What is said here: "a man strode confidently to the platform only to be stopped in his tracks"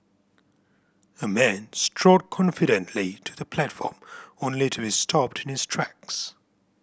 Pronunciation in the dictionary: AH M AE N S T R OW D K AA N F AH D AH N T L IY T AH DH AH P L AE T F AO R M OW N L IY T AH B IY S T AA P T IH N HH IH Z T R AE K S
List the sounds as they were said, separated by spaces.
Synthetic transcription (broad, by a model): AH M AE N S T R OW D K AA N F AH D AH N T L IY T AH DH AH P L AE T F AO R M OW N L IY T AH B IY S T AA P T IH N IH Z T R AE K S